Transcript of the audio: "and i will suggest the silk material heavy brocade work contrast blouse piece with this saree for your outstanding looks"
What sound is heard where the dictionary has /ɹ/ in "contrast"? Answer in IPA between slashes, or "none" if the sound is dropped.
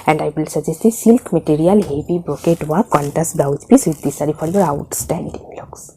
none